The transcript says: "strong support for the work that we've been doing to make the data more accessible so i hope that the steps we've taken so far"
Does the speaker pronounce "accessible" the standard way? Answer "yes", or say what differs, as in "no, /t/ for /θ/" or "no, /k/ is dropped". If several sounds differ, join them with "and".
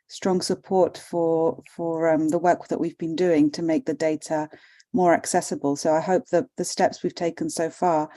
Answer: yes